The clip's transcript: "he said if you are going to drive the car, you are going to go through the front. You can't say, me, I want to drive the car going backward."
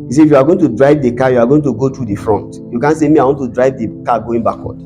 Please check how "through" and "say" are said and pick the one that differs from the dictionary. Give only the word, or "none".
through